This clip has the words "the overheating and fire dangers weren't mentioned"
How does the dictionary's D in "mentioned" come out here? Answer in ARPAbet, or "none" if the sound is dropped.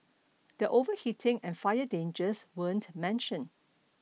none